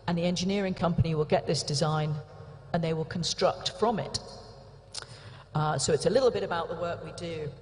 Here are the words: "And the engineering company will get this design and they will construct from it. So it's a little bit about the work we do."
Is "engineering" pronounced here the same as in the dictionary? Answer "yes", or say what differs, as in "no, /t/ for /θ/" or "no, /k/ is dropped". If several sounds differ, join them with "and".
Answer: yes